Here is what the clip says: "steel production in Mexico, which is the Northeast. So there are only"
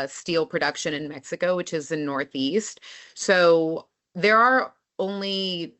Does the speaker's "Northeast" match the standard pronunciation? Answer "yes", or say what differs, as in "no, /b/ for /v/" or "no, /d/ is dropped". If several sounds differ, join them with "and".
yes